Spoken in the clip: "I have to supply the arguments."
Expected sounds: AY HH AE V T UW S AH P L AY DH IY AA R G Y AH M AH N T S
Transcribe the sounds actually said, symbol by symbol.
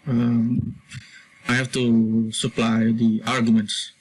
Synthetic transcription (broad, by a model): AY HH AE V T UW S AH P L AY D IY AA R G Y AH M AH N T S